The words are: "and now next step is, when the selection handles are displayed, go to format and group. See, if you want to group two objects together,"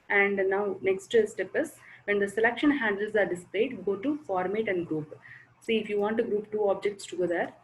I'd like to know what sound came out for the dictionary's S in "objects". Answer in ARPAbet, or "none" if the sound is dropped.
S